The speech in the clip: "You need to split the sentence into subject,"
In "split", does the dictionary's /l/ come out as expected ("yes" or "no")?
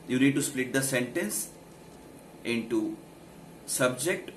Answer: yes